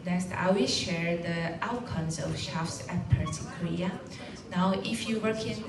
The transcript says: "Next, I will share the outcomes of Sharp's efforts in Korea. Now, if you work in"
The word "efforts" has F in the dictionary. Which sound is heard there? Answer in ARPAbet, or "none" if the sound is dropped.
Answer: P